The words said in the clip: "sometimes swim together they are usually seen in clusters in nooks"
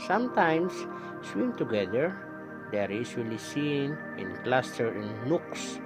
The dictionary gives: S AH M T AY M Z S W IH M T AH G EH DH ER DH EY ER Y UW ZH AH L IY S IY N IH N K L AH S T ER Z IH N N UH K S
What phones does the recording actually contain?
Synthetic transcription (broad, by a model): S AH M T AY M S S W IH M T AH G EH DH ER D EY ER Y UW S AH L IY S IY N IH N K L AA S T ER IH N N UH K S